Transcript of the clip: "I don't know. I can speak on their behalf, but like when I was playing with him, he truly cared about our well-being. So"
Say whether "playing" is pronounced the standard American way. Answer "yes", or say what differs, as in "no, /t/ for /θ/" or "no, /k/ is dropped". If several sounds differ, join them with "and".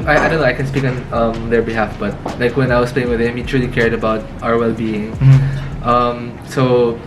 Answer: yes